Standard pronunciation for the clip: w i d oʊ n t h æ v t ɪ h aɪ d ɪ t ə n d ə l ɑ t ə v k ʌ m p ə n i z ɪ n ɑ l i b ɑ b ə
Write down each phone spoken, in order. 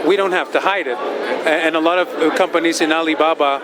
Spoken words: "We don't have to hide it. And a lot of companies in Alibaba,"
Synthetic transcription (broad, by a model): w i d oʊ n t h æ f t ɪ h aɪ d ɪ t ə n ə l ɑ t ə v k ʌ m p ə n i z ɪ n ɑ l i b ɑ b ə